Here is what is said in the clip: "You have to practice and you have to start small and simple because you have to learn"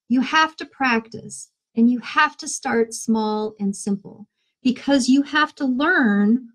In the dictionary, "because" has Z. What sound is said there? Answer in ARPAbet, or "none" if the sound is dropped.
Z